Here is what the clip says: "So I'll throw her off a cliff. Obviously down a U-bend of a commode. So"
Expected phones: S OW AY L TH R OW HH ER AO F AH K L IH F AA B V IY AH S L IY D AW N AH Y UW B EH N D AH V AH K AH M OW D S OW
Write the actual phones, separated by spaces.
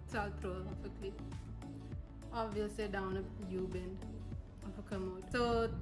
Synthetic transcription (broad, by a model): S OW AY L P R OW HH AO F AH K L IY AA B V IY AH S L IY D AW N AH Y UW B EH N D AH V AH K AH M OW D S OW